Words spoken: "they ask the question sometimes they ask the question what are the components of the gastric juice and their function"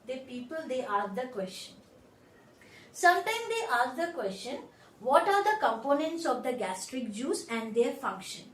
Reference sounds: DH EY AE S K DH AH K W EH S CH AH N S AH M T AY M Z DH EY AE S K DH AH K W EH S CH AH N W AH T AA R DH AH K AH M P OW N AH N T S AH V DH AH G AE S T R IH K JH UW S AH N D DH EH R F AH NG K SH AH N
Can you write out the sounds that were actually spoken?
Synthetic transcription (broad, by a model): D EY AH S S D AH K W EH S CH AH N S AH M T AY M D EY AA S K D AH K W EH S CH AH N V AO T AA R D AH K AH M P OW N AH N T S AH V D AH G AE S T R IH K JH UW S AH N D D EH R F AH NG K SH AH N